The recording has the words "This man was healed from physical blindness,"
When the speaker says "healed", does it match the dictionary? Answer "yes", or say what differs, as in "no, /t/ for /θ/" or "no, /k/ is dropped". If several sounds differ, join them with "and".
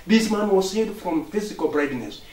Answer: no, /l/ is dropped